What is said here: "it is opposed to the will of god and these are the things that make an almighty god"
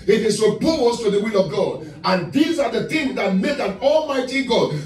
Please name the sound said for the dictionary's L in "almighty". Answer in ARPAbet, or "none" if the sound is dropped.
L